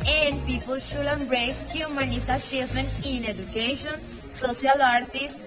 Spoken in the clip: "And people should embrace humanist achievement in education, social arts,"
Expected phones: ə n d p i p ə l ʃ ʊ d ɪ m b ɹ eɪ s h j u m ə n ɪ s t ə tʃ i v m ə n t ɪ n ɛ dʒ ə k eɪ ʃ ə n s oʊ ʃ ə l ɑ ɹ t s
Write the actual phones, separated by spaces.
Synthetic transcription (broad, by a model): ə n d p i p ə l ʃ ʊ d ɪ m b ɹ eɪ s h j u m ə n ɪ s ə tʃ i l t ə n ɪ n ɛ dʒ ə k eɪ ʃ ə n s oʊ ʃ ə l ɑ ɹ t s